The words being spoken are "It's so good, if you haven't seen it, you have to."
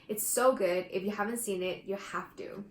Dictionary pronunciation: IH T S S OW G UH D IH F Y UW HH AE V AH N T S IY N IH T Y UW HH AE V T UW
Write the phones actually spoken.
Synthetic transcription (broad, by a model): IH T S S OW G UH D IH F Y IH HH AE V AH N T S IY N IH T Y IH HH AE F T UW